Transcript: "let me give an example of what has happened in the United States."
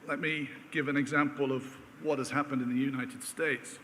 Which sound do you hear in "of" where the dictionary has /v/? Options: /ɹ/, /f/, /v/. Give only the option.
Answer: /v/